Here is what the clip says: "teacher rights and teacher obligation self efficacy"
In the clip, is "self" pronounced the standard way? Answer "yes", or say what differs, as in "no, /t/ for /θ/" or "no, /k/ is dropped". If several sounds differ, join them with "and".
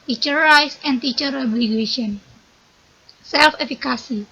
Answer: yes